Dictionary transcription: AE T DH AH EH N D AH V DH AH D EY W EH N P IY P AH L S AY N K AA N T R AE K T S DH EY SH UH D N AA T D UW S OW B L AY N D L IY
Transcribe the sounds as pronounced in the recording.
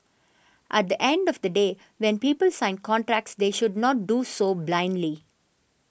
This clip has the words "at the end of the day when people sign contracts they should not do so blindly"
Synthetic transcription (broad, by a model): AE T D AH EH N D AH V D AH D EY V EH N P IY P AH L S AY N K AA N T R AE K T S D EY SH UH D N AA T D UW S OW B L AY N D L IY